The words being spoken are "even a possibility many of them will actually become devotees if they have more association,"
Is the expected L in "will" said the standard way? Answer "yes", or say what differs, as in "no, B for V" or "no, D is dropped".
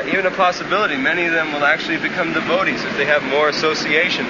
yes